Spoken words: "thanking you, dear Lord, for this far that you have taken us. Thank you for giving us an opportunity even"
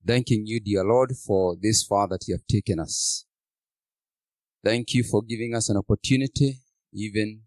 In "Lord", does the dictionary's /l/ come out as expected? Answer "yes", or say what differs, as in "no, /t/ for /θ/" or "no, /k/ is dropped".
yes